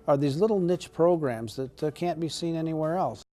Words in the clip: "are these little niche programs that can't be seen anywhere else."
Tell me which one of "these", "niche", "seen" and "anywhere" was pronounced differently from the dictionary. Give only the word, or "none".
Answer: none